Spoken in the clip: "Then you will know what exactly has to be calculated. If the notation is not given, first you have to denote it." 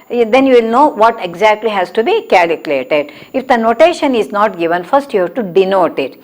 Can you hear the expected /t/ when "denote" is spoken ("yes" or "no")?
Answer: yes